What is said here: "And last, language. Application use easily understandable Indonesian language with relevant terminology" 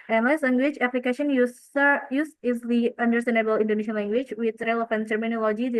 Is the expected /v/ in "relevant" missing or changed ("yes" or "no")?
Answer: yes